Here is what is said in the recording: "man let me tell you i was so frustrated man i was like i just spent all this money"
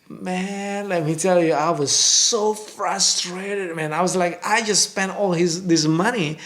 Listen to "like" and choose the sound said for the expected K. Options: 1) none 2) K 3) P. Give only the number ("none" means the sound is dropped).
2